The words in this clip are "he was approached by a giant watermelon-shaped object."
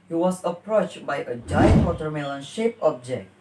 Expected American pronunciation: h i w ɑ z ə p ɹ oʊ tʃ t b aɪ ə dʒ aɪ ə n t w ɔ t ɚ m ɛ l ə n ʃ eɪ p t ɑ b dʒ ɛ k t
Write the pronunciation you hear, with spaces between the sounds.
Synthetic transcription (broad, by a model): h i w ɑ s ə p ɹ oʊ tʃ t b aɪ ə dʒ aɪ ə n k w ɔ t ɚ m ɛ l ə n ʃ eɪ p ɑ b dʒ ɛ k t